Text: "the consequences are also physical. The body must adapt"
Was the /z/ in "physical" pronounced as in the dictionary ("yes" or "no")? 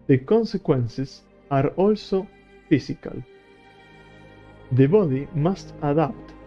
no